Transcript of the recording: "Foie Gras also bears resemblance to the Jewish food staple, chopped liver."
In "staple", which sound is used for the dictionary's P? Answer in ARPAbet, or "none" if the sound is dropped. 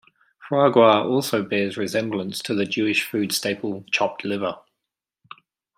P